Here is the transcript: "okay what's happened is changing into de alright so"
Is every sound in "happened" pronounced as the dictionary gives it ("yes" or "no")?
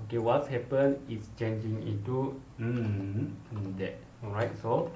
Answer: no